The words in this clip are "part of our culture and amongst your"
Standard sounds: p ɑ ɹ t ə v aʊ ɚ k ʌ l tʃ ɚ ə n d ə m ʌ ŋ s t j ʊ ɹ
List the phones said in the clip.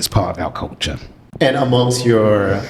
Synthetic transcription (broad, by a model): p ɑ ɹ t ə v aʊ k ʌ l tʃ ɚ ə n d ə m ʌ ŋ s t j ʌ ɹ